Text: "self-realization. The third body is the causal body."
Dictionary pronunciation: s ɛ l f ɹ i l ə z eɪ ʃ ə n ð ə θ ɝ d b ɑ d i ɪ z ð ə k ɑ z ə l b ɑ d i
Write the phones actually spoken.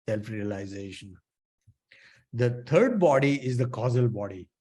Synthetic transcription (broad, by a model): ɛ l f ɹ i l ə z eɪ ʃ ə n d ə t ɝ d b ɑ d i ɪ z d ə k ɑ z ə l b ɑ d i